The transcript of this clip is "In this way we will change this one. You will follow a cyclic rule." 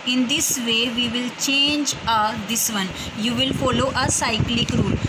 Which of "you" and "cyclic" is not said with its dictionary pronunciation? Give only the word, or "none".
none